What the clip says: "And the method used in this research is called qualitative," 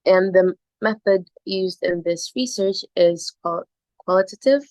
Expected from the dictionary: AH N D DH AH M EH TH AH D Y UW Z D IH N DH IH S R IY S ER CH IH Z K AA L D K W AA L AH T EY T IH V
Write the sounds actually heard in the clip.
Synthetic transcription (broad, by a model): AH N DH AH M EH TH AH D Y UW Z D IH N DH IH S R IY S ER CH IH Z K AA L K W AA L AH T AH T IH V